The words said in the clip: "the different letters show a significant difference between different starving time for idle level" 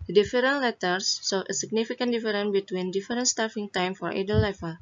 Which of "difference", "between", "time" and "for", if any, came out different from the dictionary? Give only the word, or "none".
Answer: difference